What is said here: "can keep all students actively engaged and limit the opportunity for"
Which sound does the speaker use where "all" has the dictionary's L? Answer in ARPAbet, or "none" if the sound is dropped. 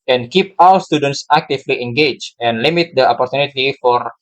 W